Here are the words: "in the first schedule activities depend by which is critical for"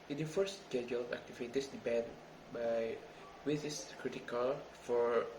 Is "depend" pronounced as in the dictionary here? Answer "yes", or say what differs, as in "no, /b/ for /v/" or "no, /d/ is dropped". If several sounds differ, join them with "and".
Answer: no, /b/ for /p/